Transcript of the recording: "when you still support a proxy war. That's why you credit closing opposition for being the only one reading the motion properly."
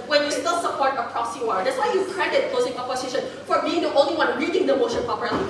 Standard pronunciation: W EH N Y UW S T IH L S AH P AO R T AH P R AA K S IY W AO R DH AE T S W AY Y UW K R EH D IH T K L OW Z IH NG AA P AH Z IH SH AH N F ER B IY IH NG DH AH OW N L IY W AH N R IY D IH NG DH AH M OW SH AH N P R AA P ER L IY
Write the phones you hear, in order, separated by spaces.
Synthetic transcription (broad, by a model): W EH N Y UW S T IH L S AH P AO R T AH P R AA S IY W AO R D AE T S W AY Y UW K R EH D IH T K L OW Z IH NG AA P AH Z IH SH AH N F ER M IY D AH OW N L IY W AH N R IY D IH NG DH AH M OW SH AH N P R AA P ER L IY